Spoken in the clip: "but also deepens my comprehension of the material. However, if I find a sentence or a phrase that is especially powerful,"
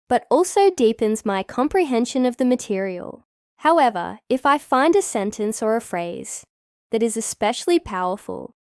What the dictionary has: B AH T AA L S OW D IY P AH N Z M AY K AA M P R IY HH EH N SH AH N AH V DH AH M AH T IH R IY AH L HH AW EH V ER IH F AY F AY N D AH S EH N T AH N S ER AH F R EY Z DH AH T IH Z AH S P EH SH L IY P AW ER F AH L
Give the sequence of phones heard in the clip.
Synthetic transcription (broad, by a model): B AH T AA L S OW D IY P AH N Z M AY K AA M P R IY HH EH N SH AH N AH V DH AH M AH T IH R IY AH L HH AW EH V ER IH F AY F AY N D AH S EH N T AH N S ER AH F R EY Z DH AH T IH Z AH S P EH SH L IY P AW ER F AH L